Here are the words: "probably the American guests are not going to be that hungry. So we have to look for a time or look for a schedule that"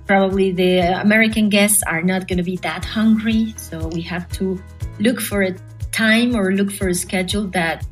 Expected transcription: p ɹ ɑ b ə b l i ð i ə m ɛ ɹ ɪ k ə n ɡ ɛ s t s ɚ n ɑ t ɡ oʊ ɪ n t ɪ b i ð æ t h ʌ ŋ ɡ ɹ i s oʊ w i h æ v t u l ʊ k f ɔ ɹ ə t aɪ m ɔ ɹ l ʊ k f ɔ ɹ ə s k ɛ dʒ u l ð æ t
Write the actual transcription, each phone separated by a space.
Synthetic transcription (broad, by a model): p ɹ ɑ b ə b l i ð i ə m ɛ ɹ ɪ k ə n ɡ ɛ s t s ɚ n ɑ t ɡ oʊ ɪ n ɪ b i ð æ t h ʌ ŋ ɡ ɹ i s oʊ w i h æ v t u l ʊ k f ɔ ɹ ə t aɪ m ɔ ɹ l ʊ k f ɔ ɹ ə s k ɛ dʒ u l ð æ t